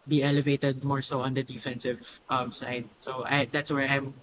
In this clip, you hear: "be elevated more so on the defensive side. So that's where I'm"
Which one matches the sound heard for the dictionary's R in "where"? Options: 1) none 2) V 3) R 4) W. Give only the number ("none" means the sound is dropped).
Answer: 3